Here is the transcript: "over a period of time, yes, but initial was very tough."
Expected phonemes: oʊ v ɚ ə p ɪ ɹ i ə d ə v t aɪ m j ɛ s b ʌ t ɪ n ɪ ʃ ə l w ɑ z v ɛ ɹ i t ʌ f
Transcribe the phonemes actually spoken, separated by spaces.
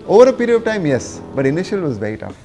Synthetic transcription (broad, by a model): oʊ v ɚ ə p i ɹ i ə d ə v t aɪ m j ɛ s b ʌ t ɪ n ɪ ʃ ə l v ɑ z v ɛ i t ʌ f